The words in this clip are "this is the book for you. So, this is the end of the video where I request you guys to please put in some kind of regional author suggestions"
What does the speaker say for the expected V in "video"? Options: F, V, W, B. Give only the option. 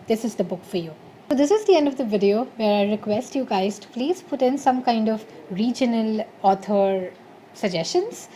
V